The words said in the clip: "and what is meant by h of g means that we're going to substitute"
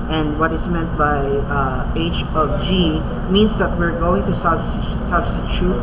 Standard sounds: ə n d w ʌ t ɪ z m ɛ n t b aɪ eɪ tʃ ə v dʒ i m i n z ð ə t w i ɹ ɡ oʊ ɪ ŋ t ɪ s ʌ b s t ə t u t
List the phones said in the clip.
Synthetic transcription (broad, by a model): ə n d w ʌ t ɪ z m ɛ n t b aɪ eɪ tʃ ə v dʒ i m i n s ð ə t w i ɹ ɡ oʊ ɪ ŋ t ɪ s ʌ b s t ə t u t